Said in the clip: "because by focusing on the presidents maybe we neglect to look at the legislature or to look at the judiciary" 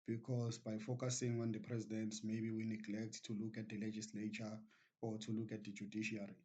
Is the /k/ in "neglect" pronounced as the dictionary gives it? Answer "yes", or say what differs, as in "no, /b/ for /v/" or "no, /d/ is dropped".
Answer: yes